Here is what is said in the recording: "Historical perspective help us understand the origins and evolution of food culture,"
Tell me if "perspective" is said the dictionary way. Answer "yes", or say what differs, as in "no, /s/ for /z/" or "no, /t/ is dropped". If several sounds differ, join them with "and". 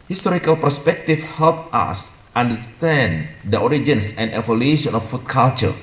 no, /f/ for /v/